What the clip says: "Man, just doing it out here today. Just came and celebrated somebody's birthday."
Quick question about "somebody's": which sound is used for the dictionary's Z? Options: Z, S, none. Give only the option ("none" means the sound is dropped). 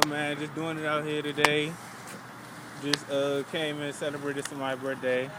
none